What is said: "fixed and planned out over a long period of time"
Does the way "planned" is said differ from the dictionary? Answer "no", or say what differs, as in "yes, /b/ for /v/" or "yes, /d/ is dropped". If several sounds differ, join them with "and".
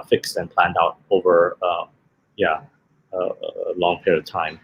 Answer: no